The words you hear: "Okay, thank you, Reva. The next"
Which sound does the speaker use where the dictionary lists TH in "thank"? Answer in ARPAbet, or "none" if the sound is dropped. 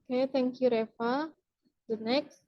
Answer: T